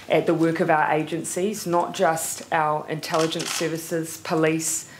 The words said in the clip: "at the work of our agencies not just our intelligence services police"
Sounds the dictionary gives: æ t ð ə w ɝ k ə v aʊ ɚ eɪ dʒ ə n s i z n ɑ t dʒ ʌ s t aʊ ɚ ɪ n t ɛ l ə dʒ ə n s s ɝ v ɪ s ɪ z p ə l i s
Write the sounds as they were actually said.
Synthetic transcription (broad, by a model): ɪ t ð ə w ɝ k ə v aʊ ɚ eɪ dʒ ə n s i z n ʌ t dʒ ʌ s t aʊ ɚ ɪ n t ɛ l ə dʒ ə n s s ɝ v ɪ s ɪ z p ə l i s